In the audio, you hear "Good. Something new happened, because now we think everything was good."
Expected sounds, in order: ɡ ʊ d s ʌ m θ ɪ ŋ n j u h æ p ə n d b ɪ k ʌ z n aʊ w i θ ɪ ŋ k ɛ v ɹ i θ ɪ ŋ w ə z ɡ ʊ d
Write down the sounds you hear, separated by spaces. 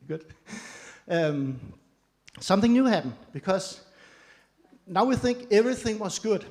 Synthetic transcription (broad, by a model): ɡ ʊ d s ʌ m θ ɪ ŋ n j u h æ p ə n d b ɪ k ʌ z n aʊ w i θ ɪ ŋ k ɛ v ɹ i θ ɪ ŋ w ə z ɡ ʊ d